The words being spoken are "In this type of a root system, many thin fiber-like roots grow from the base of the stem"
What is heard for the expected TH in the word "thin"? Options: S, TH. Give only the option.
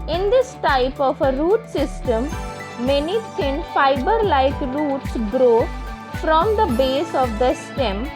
S